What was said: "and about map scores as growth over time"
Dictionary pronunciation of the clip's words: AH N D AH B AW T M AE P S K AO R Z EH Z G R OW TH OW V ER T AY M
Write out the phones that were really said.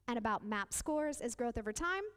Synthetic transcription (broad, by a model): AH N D AH B AW T M AE P S K AO R Z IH Z G R OW TH OW V ER T AY M